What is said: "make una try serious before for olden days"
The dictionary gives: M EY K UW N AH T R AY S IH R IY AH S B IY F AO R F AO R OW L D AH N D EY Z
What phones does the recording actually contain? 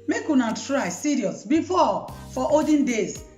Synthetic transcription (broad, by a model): M EY K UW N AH T R AY S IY R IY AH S B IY F AO F AO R OW D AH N D EY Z